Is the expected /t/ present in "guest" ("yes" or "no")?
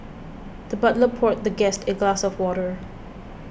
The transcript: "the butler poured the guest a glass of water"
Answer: yes